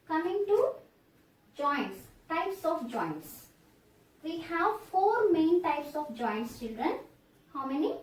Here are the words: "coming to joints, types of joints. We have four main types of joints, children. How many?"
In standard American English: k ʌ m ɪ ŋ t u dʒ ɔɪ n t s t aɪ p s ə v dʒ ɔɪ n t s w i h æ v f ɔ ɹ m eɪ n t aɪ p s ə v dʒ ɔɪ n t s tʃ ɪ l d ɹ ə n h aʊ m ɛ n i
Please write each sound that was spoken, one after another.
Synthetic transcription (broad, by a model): k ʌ m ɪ ŋ t u dʒ ɔɪ n t s t aɪ p s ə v dʒ ɔɪ n t s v i h æ v f ɔ ɹ m eɪ n t aɪ p s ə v dʒ ɔɪ n t s tʃ ɪ l d ɹ ə n h aʊ m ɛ n i